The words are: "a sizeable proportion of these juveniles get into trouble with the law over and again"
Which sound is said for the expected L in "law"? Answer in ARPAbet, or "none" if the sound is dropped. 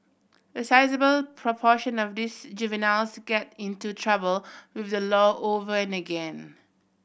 L